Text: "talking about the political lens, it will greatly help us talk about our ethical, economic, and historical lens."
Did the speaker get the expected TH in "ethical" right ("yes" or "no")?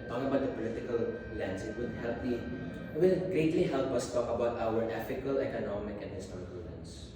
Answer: no